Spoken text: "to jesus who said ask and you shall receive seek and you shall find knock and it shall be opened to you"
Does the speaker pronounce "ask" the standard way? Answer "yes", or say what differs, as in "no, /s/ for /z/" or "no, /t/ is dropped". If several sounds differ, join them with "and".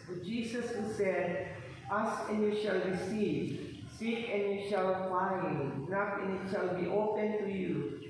no, /k/ is dropped